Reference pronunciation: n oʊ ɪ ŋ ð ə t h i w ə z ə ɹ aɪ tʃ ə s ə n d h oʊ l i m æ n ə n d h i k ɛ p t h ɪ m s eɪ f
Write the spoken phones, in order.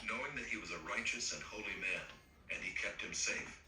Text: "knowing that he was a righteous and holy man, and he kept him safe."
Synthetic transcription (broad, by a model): n oʊ ɪ ŋ ð ə t h i w ə z ə ɹ aɪ tʃ ə s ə n h oʊ l i m æ n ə n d i k ɛ p t h ɪ m s eɪ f